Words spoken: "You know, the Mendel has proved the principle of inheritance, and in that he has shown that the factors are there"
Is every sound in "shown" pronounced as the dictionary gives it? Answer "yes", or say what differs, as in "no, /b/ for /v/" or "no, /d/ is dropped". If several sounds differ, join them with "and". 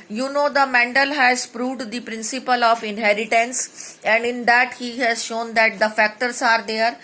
yes